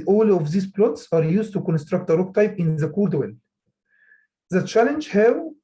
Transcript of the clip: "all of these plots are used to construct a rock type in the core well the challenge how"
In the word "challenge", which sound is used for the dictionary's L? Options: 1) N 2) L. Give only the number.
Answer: 2